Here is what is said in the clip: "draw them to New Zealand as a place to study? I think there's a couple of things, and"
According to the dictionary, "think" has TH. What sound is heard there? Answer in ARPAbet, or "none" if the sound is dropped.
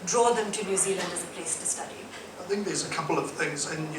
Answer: TH